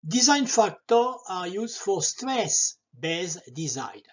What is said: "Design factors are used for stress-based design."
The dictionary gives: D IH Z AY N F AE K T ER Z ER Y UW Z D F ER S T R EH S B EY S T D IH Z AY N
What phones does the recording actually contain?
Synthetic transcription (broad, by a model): D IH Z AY N F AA K T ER AA Y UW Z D F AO S T R EH S B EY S D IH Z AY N